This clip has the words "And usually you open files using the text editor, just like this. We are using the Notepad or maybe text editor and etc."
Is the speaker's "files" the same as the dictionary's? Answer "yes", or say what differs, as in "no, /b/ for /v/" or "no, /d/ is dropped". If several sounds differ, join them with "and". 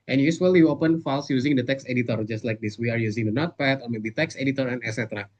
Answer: no, /s/ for /z/